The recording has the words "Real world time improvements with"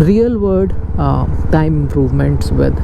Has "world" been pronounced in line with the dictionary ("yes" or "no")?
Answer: no